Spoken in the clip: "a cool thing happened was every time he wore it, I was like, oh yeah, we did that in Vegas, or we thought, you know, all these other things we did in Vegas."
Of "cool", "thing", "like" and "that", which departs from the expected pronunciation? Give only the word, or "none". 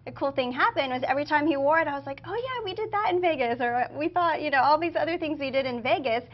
none